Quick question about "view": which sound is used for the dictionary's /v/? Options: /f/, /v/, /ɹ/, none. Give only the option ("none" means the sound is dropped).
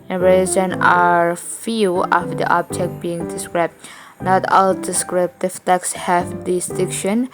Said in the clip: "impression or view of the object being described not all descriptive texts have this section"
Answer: /f/